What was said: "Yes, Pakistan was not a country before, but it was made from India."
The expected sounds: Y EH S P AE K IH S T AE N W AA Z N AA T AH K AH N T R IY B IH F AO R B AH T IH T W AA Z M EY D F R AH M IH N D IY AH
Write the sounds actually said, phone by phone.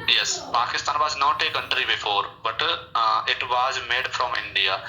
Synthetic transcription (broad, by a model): Y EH S P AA K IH S T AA N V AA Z N AA T AH K AH N T R IY B IH F AO R B AH T IH T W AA Z M EY D F R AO M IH N D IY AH